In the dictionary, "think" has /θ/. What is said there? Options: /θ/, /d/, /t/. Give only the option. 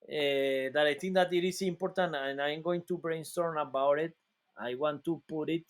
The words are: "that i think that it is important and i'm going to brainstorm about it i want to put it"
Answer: /t/